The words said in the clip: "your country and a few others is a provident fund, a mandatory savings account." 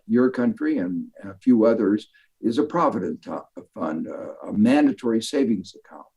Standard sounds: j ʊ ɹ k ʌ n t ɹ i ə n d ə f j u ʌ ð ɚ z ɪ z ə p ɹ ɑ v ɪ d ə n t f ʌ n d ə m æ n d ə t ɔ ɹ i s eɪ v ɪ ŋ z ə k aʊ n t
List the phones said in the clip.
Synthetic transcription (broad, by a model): j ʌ ɹ k ʌ n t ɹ i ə n ə f j u ʌ ð ɚ z ɪ z ə p ɹ ɑ v ɪ d ə n t f ʌ n d ə m æ n d ə t ɔ ɹ i s eɪ v ɪ ŋ z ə k aʊ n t